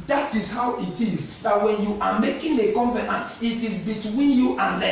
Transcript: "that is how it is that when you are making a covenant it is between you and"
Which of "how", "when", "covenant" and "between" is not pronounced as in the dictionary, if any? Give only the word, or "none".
covenant